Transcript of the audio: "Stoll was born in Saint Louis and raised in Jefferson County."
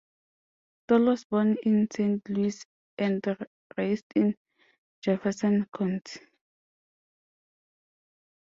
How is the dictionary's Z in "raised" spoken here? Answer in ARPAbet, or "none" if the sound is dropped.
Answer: S